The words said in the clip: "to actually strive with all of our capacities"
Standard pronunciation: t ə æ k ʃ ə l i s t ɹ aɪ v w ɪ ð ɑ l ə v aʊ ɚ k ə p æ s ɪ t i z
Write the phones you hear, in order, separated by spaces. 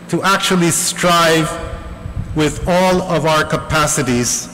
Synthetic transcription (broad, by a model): t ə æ k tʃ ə l i s t ɹ aɪ v w ɪ ð ɑ l ə v aʊ ɚ k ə p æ s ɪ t i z